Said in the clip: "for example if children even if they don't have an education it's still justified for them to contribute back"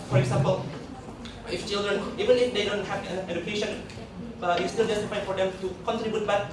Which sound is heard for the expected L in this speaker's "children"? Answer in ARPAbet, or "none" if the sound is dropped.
L